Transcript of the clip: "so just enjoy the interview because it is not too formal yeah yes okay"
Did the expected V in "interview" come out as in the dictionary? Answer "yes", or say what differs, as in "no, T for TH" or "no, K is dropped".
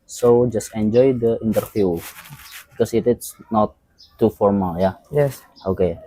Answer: no, F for V